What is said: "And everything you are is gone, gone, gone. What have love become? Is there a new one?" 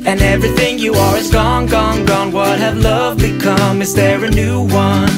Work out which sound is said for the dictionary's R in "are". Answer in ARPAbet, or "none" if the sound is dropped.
W